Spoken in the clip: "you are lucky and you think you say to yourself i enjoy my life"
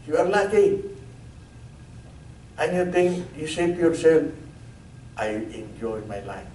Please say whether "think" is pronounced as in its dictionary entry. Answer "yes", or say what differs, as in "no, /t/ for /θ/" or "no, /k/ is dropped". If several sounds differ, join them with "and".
no, /t/ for /θ/